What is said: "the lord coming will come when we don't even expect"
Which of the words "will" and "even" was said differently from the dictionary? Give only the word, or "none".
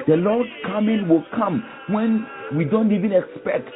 none